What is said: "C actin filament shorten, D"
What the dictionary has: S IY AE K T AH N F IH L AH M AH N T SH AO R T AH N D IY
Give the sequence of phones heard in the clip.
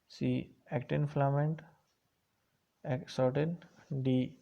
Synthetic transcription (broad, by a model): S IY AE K T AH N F L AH M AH N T S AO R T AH N D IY